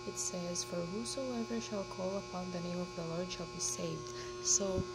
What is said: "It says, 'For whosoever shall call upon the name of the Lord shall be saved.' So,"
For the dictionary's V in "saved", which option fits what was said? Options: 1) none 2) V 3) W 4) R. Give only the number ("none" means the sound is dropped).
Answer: 2